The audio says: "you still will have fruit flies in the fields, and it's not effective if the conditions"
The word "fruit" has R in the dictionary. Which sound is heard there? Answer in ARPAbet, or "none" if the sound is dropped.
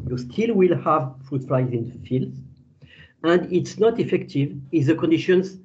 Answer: R